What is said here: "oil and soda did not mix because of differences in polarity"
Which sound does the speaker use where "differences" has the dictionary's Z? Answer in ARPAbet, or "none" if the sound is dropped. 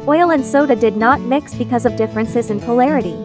Z